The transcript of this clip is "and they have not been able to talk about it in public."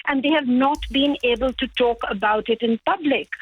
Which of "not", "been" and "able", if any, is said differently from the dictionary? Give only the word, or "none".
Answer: none